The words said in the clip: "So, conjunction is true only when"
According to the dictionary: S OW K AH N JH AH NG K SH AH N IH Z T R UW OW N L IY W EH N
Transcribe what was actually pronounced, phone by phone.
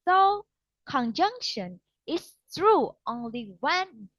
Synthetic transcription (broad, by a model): S OW K AH N JH AH NG K SH AH N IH S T R UW OW N L IY W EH N